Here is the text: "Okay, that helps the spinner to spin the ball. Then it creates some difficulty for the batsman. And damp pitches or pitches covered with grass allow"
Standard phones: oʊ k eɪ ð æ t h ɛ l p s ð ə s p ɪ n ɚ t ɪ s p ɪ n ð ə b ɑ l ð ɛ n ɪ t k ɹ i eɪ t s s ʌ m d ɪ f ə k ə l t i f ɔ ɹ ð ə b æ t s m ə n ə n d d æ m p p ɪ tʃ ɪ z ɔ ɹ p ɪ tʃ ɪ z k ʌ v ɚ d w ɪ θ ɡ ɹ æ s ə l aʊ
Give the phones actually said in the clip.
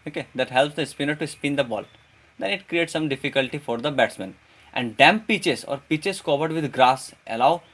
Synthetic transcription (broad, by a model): oʊ k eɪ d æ t h ɛ l p s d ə s p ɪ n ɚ t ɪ s p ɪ n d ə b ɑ l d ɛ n ɪ t k ɹ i eɪ t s s ʌ m d ɪ f ə k ə l t i f ɔ ɹ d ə b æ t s m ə n ə n d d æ m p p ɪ tʃ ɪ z ɔ ɹ p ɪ tʃ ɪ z k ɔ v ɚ d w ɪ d ɡ ɹ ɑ s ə l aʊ